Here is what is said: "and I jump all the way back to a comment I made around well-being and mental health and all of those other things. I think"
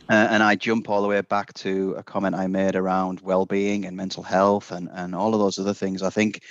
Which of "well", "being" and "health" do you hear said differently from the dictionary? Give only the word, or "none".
none